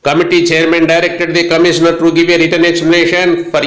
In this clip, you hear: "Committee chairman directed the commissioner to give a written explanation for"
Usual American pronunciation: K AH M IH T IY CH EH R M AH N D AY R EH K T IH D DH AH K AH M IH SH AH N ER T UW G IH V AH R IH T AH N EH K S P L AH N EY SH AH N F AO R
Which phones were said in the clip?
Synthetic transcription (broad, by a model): K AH M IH T IY CH EH R M AH N D AY R EH K T IH D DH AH K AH M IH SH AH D T UW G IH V AH R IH T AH N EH S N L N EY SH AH N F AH R